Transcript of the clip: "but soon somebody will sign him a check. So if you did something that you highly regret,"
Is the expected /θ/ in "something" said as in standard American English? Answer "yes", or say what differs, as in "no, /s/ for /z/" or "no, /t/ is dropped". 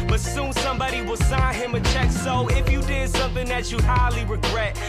yes